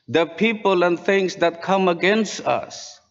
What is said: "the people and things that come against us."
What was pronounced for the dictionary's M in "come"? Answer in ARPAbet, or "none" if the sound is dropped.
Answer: M